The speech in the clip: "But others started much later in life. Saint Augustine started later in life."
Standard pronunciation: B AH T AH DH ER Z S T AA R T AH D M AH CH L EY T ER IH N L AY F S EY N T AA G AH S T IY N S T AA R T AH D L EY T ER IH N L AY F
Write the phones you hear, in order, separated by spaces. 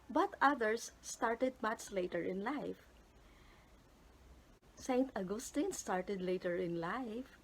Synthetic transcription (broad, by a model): B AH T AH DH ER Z S T AA R T AH D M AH S L EY T ER IH N L AY F S EY N T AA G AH S T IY N S T AA R T AH D L EY T ER IH N L AY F